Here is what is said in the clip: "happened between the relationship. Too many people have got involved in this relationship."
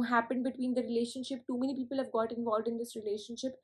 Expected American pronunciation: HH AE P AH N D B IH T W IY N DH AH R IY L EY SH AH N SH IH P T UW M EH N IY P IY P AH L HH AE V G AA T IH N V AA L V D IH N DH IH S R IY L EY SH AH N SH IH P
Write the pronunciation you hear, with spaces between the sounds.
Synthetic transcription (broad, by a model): HH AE P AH N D B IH T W IY N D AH R IY L EY SH AH N SH IH P T UW M EH N IY P IY P AH L HH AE V G AA T IH N V AA L V D IH N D IH S R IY L EY SH AH N SH IH P